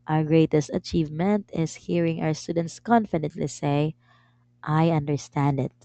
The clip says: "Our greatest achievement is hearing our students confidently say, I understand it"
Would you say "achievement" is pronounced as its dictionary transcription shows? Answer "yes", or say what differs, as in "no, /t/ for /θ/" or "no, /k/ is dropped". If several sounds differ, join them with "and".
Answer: yes